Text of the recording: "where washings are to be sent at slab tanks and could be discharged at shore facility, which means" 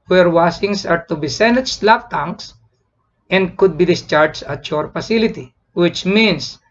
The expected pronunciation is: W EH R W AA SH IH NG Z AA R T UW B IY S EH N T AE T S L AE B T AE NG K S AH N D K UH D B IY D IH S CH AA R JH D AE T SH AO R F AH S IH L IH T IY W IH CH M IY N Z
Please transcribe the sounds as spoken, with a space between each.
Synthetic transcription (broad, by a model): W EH R W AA S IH NG S AA R T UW B IY S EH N IH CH L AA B T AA NG K S AH N D K UH D B IY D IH S CH AA R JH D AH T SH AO R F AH S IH L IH T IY W IH CH M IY N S